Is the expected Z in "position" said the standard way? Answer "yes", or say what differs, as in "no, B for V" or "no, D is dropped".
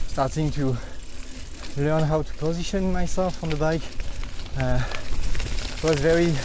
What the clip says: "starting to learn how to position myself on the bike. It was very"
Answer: yes